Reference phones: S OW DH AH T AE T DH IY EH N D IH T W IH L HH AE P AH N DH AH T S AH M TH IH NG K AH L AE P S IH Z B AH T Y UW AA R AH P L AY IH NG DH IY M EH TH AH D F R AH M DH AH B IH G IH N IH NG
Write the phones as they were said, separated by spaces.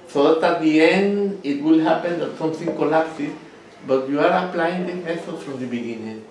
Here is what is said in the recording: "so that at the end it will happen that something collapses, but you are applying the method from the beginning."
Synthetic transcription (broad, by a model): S OW DH AH T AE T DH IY EH N D IH T W IH L HH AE P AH N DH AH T S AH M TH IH NG K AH L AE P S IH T B AH T Y UW AA R AH P L AY IH NG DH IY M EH S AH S F R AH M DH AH B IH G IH N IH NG